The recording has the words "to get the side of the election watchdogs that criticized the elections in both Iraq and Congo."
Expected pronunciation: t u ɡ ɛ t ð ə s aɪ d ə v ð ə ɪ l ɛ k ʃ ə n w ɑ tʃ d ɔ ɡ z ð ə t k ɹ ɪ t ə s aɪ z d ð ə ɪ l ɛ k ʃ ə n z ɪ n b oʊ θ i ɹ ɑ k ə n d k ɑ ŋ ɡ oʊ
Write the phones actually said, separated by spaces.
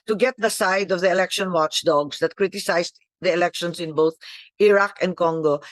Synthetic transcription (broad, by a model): t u ɡ ɛ t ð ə s aɪ d ə v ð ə ɪ l ɛ k ʃ ə n w ɑ tʃ d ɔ ɡ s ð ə t k ɹ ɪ t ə s aɪ s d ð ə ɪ l ɛ k ʃ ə n s ɪ n b oʊ θ i ɹ ɑ k ə n d k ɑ ŋ ɡ oʊ